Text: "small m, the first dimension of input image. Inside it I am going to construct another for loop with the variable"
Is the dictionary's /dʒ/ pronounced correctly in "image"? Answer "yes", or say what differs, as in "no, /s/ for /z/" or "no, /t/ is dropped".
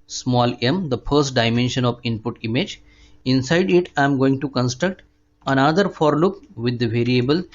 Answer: yes